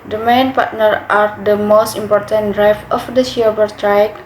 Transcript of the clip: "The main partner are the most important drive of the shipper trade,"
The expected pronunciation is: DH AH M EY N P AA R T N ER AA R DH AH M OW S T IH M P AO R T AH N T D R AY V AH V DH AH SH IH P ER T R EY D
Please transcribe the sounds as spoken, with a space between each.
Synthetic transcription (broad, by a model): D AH M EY N P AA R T N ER AA R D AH M OW S T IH M P AO R T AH N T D R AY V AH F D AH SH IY B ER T R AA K